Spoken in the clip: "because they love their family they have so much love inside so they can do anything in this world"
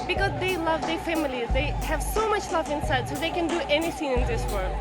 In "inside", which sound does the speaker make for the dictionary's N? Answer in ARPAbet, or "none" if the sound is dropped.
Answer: N